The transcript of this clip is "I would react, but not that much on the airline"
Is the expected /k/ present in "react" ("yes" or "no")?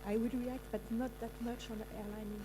yes